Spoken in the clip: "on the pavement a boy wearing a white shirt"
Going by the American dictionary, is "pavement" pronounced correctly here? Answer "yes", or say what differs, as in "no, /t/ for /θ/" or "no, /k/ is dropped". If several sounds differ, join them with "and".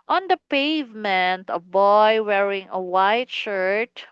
yes